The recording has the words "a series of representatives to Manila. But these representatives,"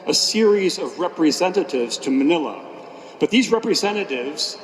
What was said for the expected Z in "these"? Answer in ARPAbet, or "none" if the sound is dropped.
Z